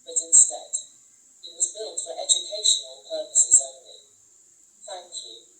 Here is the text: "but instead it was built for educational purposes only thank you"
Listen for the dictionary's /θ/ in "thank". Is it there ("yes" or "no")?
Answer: yes